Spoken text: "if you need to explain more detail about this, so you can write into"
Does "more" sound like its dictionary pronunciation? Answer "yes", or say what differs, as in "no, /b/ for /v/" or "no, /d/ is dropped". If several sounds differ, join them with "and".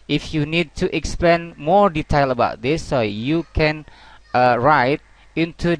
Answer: yes